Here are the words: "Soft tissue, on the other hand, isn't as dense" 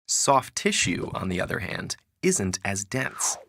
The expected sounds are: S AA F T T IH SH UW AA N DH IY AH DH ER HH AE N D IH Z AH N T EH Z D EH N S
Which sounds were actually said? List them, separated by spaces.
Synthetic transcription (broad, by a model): S AA F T T IH SH UW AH N DH IY AH DH ER HH AE N D IH Z AH N T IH Z D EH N S